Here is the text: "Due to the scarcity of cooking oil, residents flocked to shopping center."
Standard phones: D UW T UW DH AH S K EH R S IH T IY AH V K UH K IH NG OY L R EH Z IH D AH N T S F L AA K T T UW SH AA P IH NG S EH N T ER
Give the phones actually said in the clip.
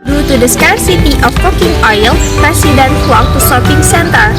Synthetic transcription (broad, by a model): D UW T UW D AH S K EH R S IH T IY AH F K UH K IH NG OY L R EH S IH D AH N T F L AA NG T T UW S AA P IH NG S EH N T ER